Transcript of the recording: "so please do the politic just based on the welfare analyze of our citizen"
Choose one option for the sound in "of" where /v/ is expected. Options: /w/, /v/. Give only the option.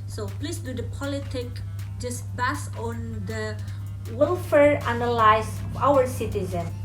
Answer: /w/